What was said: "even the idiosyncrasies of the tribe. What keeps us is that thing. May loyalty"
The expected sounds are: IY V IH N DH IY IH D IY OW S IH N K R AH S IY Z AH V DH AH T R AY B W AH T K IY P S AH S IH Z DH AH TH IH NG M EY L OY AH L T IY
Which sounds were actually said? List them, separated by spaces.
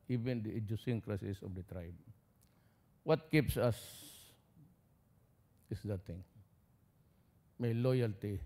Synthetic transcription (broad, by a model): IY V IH N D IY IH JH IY S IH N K R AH S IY S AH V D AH T R AY B W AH T K IY P S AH S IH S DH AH T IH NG M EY L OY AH L T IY